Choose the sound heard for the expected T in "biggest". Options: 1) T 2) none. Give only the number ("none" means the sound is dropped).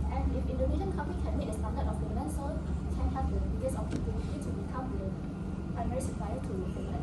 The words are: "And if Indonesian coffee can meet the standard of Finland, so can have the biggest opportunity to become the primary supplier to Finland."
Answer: 2